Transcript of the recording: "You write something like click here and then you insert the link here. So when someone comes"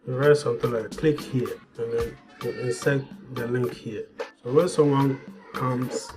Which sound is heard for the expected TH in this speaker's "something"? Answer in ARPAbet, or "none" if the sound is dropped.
T